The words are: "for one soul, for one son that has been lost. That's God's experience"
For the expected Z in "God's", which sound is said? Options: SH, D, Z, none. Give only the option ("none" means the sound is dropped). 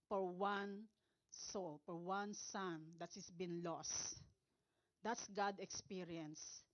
none